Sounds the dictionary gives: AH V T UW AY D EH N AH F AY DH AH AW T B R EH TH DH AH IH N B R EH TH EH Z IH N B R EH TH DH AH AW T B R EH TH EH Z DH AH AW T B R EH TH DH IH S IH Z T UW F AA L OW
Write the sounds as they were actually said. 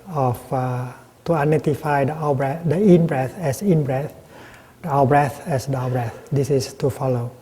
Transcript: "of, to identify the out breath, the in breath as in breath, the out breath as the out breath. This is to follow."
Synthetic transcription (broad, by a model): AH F T UW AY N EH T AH F AY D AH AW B R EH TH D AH IH N B R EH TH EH S IH N B R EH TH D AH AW B R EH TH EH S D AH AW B R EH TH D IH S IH S T UW F AA L OW